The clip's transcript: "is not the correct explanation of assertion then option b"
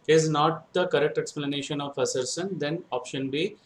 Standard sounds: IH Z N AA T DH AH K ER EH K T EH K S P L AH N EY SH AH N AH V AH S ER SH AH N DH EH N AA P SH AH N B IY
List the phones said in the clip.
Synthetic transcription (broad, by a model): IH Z N AA T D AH K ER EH K T EH K S P L AH N EY SH AH N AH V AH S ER S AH N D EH N AA P SH AH N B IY